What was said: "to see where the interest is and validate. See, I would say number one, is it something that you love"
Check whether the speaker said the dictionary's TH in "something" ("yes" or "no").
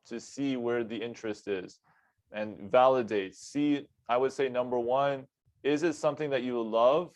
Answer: yes